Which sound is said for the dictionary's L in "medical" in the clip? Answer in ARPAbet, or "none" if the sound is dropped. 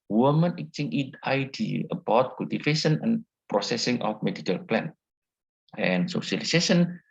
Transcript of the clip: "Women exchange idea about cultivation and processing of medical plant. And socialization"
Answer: L